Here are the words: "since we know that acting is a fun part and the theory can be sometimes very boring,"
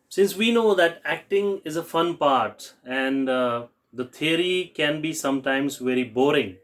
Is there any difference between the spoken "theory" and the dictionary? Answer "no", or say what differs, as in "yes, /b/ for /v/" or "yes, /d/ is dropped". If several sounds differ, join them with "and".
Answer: yes, /t/ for /θ/